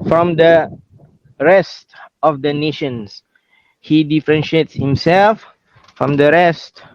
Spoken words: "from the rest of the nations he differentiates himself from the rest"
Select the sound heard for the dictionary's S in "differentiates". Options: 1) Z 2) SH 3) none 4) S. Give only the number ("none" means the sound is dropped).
4